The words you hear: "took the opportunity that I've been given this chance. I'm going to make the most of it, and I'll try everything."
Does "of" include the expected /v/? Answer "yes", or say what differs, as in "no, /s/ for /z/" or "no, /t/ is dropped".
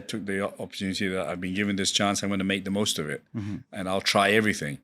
yes